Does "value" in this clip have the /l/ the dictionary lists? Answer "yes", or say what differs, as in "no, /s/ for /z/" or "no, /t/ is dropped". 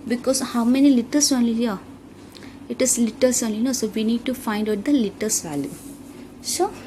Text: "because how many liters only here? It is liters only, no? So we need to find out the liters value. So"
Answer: yes